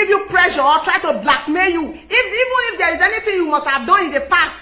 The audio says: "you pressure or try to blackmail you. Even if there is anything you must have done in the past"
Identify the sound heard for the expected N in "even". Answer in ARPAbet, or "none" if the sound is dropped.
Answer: N